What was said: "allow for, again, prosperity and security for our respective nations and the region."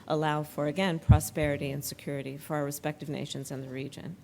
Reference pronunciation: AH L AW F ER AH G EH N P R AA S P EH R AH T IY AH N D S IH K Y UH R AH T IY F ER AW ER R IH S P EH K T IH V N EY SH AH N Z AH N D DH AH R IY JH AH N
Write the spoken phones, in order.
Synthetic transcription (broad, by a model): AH L AW F ER AH G EH N P R AA S P EH R AH T IY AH N S IH K Y UH R AH T IY F ER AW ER R IH S P EH K T IH V N EY SH AH N Z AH N DH AH R IY JH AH N